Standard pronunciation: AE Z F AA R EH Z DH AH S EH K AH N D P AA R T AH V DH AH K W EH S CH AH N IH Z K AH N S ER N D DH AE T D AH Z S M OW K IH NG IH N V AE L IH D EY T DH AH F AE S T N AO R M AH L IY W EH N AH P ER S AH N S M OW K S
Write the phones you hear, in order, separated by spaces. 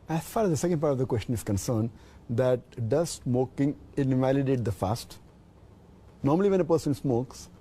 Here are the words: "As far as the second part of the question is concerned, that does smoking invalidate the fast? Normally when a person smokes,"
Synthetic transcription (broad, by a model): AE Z F AA R EH Z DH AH S EH K AH N D P AA R T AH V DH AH K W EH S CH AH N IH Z K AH N S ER N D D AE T D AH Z S M OW K IH NG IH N V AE L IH D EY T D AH F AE S T N AO R M AH L IY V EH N AH P ER S AH N S M OW K S